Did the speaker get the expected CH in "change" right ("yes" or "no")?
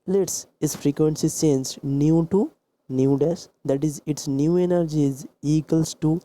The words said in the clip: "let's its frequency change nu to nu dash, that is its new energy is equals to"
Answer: no